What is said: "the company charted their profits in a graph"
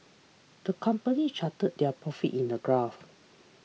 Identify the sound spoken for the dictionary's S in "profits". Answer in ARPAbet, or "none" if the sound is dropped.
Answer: none